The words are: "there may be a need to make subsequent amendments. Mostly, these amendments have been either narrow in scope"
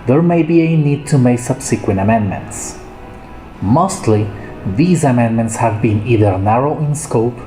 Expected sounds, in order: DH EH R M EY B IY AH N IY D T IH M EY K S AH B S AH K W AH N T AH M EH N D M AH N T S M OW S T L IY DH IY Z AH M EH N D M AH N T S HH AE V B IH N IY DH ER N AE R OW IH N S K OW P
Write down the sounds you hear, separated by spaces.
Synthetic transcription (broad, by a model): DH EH R M EY B IY AH N IY D T IH M EY K S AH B S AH K W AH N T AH M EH N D M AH N T S M OW S T L IY DH IY Z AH M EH N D M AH N T S HH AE V B IH N IY DH ER N AE R OW IH N S K OW P